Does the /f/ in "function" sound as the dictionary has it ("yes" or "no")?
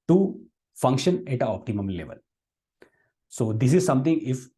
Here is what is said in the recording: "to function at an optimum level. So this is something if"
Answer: yes